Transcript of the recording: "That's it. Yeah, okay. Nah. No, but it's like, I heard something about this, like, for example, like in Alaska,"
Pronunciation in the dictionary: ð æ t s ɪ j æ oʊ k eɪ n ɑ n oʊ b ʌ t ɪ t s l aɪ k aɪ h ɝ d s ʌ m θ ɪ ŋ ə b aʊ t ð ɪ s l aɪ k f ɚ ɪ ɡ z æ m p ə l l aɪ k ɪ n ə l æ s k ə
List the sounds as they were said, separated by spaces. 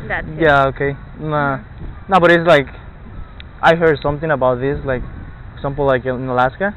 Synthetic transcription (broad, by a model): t j æ oʊ k eɪ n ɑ n oʊ b ʌ t ɪ t s l aɪ k aɪ h ɝ d s ʌ m θ ɪ ŋ ə b aʊ t ð ɪ s l aɪ k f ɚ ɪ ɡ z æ m p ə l l aɪ k ɪ n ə l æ s k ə